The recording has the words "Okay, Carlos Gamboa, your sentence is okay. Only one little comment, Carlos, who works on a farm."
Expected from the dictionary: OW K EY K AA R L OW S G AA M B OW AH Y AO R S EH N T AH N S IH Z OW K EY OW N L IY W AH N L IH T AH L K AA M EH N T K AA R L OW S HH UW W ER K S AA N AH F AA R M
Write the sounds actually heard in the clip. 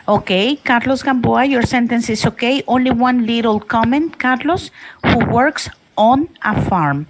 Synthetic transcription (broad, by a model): OW K EY K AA R L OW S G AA M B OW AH Y AO R S EH N T AH N S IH S OW K EY OW N L IY W AH N L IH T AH L K AA M EH N T K AA R L OW S HH UW W ER K S AA N AH F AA R M